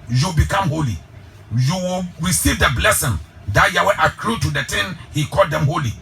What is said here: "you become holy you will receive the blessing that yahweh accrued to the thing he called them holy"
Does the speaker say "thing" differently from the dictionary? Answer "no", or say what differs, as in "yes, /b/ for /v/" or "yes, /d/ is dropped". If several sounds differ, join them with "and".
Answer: yes, /t/ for /θ/